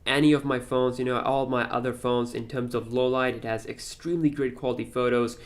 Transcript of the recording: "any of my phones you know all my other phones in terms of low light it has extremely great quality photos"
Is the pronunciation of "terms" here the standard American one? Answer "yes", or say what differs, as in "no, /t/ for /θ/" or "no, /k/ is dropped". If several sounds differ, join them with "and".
yes